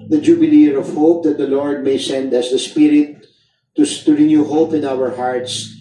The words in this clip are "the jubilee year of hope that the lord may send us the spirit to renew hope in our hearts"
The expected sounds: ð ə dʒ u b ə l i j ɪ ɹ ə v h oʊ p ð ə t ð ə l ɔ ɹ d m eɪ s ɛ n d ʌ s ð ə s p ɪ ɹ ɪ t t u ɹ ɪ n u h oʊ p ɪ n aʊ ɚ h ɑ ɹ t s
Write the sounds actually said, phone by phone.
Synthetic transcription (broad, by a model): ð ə dʒ u b ə l i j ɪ ɹ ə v h oʊ p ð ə t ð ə l ɔ ɹ d m eɪ s ɛ n d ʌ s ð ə s p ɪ ɹ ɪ t t u ɹ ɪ n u h oʊ p ɪ n aʊ ɚ h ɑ ɹ t s